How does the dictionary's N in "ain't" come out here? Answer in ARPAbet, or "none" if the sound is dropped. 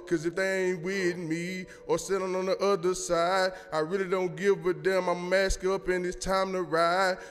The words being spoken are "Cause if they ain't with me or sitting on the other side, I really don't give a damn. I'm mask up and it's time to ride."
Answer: N